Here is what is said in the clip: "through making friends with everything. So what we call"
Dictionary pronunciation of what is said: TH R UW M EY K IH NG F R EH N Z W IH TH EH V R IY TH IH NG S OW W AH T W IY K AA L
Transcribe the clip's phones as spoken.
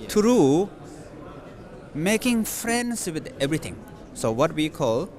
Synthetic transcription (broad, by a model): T R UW M EY K IH NG F R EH N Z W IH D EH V R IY T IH NG S OW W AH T W IY K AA L